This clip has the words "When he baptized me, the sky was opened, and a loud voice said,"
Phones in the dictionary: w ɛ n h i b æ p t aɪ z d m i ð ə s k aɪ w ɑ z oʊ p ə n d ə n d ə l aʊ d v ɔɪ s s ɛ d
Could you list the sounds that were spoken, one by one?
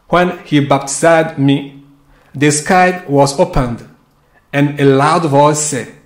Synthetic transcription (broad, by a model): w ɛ n h i b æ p t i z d m i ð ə s k aɪ w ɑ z oʊ p ə n d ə n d ə l aʊ d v ɔɪ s s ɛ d